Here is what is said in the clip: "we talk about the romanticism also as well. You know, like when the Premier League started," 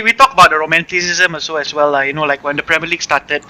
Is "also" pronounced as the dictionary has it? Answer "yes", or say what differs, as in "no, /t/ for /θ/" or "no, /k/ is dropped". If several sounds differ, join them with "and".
no, /l/ is dropped